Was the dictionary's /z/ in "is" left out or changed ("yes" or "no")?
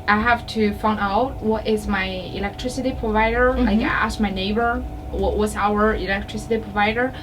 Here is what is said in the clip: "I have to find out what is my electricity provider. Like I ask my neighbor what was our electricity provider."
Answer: no